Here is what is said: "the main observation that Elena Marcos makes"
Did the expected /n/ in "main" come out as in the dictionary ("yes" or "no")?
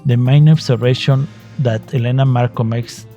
yes